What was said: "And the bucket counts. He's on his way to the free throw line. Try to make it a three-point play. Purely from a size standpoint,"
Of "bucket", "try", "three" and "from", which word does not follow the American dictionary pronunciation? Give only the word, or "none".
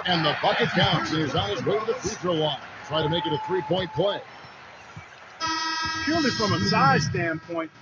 none